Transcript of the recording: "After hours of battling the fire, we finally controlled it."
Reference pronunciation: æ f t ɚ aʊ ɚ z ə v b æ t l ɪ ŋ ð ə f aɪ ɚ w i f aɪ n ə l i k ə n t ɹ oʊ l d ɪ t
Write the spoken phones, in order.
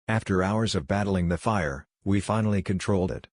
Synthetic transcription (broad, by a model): æ f t ɚ aʊ ɚ z ə v b æ t l ɪ ŋ ð ə f aɪ ɚ w i f aɪ n l i k ə n t ɹ oʊ l d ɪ t